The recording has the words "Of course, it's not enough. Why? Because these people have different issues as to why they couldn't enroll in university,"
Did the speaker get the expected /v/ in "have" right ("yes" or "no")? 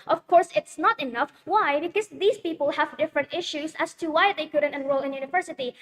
yes